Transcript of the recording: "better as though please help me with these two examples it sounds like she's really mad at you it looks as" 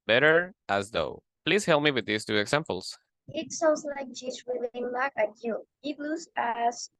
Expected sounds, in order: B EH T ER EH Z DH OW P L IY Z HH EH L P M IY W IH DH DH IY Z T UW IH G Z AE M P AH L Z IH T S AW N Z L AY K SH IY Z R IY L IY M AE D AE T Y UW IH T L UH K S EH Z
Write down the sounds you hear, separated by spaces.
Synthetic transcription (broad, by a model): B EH T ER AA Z DH OW P L IY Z HH EH L P M IY W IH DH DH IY S T UW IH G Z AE M P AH L S IH T S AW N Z L AY K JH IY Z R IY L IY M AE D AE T Y UW IH T L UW S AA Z